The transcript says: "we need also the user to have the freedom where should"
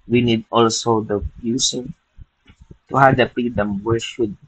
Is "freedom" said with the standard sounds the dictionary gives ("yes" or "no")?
no